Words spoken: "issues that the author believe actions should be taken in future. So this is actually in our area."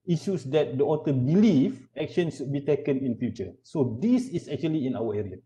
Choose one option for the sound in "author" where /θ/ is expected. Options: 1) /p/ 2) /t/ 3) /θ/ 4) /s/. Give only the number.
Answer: 2